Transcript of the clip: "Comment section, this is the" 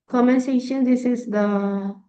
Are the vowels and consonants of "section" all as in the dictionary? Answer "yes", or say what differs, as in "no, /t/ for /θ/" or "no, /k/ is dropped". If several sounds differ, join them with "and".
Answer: no, /k/ is dropped